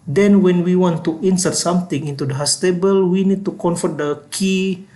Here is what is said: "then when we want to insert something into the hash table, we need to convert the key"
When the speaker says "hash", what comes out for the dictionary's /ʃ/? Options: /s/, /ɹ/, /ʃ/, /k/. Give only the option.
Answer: /s/